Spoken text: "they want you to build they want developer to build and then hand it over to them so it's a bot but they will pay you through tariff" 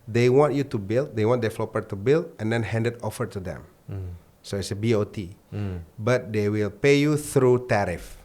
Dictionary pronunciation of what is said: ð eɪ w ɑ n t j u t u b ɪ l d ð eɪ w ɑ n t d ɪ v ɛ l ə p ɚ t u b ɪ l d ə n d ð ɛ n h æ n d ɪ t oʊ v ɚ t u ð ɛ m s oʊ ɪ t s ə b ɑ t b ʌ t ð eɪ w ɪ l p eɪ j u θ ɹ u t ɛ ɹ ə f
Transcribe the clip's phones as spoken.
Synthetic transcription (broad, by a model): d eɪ w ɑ n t j u t u b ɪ l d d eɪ w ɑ n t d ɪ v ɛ l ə p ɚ t u b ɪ l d ə n d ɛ n h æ n d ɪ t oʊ f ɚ t u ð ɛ m s oʊ ɪ t s ə b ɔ t b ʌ t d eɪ w ɪ l p eɪ j u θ ɹ u t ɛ ɹ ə f